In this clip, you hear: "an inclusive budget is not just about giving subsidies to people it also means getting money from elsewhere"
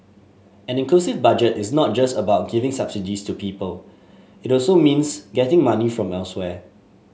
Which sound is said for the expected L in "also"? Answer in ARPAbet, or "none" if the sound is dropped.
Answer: L